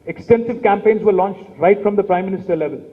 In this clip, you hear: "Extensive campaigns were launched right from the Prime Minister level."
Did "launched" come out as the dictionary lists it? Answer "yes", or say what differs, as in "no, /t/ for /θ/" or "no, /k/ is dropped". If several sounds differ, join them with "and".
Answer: yes